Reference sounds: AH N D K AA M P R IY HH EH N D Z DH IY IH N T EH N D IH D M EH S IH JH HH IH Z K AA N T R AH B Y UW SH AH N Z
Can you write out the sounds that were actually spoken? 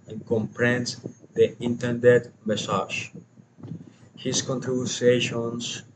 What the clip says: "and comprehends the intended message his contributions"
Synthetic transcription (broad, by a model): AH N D K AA M P R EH N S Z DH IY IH N T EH N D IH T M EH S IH SH HH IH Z K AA N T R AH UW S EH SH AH N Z